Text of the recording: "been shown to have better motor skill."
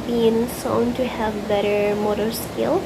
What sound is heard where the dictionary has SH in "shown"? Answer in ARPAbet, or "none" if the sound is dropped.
S